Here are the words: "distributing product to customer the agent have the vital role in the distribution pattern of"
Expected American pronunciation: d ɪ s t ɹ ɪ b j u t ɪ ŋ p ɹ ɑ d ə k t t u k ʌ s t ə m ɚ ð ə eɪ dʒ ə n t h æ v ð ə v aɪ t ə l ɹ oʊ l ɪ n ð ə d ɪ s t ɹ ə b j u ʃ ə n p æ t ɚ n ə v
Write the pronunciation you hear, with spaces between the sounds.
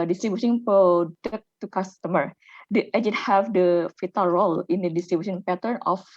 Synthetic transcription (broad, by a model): d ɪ s t ɹ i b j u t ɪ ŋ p ɑ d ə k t t u k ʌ s t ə m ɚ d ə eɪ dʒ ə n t h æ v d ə f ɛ t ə l ɹ oʊ l ɪ n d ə d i s t ɹ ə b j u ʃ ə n p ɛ t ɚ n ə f